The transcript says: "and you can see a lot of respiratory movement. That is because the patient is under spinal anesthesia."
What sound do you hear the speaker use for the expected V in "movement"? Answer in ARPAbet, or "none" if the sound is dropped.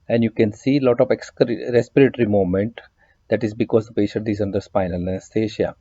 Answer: none